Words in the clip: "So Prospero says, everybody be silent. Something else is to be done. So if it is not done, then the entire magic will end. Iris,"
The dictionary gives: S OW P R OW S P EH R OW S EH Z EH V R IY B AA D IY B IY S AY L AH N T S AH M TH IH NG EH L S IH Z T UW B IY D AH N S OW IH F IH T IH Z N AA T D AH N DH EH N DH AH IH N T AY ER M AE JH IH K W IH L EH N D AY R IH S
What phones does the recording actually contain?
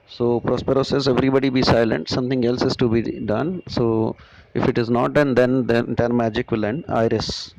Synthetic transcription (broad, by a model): S OW P R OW S P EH R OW S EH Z EH V R IY B AA D IY B IY S AY L AH N T S AH M T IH NG EH L S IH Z T UW B IY D AH N S OW IH F IH T IH Z N AA T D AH N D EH N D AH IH T M AE JH IH K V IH L EH N D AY R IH S